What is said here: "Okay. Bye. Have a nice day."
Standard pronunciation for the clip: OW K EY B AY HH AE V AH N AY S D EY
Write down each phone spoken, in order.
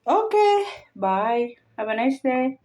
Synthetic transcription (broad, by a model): OW K EY B AY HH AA B AH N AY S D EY